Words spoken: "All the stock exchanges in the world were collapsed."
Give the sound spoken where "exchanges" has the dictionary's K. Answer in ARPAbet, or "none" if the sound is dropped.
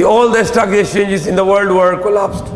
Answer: none